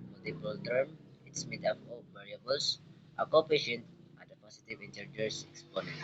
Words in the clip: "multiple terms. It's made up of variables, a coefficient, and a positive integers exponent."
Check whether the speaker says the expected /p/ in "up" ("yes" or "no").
no